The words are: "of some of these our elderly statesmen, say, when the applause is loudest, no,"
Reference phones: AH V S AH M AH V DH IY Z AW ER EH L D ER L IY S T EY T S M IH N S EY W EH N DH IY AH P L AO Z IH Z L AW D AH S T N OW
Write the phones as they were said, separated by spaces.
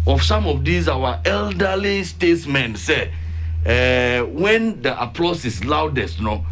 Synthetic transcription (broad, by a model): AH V S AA M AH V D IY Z AW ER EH L D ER L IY S T EY T S M IH N S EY W EH N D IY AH P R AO S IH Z L AW D AH S T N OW